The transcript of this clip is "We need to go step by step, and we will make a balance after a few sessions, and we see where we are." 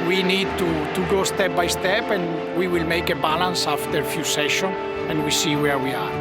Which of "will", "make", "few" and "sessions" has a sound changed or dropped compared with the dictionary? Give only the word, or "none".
sessions